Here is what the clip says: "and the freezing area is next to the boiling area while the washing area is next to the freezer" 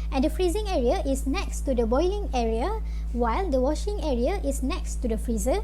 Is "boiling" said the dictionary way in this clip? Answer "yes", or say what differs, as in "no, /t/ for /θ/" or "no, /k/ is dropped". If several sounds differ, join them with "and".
yes